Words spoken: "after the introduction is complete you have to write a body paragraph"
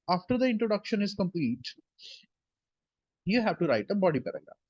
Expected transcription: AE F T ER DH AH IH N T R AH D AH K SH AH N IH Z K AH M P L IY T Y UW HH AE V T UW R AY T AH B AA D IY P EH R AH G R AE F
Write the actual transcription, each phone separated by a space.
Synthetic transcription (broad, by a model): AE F T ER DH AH IH N T R AH D AH K SH AH N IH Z K AH M P L IY T Y UW HH AE V T UW R AY T AH B AA D IY P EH R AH G R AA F